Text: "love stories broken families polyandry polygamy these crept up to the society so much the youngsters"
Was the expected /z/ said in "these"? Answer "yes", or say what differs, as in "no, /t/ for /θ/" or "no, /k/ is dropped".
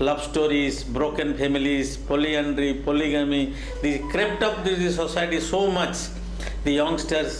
no, /z/ is dropped